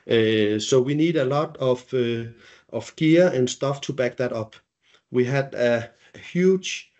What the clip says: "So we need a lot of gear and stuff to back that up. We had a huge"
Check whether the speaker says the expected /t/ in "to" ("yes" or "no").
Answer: yes